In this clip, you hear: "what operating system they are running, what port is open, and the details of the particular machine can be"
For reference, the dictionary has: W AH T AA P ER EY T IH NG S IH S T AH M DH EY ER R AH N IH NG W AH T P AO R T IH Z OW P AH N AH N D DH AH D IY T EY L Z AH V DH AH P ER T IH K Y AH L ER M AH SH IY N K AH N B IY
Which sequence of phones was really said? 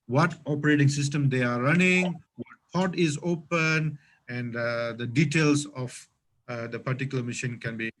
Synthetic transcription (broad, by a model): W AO T AA P ER EY T IH NG S IH S T AH M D EY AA R AH N IH NG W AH T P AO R T IH Z OW P AH N AH N D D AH D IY T EY L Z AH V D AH P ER T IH K Y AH L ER M AH SH IY N K AH N B IY